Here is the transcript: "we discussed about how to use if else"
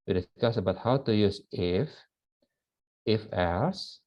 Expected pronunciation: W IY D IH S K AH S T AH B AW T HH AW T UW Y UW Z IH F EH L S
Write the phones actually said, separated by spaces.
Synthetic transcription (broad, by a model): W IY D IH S K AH S AH B AW T HH AW T UW Y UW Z IH F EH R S